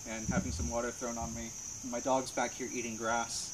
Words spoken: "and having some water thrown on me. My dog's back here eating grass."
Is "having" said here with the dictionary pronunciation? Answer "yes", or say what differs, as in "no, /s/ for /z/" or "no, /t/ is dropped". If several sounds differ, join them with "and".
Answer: yes